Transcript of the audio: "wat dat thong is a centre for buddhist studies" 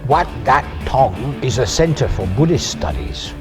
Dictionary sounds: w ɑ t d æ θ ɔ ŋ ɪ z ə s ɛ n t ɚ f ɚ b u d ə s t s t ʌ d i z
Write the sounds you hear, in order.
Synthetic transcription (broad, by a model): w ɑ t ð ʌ t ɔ ŋ ɪ z ə s ɛ n t ɚ f ɚ b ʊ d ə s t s t ʌ d i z